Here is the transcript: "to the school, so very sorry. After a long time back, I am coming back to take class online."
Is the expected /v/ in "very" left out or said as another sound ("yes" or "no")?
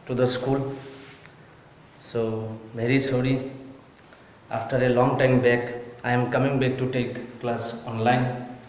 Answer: yes